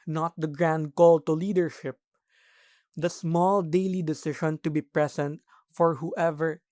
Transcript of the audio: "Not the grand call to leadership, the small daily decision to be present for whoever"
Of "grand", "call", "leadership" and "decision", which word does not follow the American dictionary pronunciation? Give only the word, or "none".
decision